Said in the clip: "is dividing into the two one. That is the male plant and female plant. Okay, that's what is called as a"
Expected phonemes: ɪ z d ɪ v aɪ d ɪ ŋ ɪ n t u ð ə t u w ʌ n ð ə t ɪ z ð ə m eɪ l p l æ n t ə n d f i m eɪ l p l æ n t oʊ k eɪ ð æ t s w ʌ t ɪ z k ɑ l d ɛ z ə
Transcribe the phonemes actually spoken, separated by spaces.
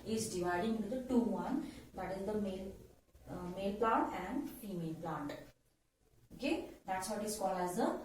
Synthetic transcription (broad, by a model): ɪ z d ɪ v aɪ d ɪ ŋ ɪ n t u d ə t u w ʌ n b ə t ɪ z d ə m eɪ l p l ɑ n t ə n d f i m eɪ l p l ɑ n t oʊ k eɪ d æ t s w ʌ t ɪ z k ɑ l ɛ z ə